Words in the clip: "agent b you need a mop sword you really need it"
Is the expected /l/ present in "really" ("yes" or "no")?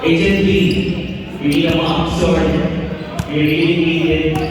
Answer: no